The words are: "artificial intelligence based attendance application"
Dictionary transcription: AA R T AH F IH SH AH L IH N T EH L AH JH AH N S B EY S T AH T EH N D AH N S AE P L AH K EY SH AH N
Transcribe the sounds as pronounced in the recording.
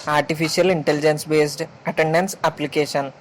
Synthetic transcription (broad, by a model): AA R T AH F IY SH AH L IH N T EH L AH JH AH N S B EY S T AH T EH N D AH N S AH P L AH K EY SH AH N